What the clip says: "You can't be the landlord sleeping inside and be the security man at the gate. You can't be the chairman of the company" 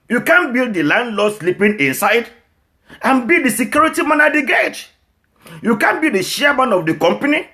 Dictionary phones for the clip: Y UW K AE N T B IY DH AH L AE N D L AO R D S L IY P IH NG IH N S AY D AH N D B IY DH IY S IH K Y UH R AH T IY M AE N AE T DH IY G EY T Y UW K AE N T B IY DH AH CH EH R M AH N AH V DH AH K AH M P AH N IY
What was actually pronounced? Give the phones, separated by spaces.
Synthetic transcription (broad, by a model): Y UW K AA N B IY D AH L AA N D L AO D S L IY P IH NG IH N S AY D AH N B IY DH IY S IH K Y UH R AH T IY M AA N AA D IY G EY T Y UW K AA N B IY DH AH SH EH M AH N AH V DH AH K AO M P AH N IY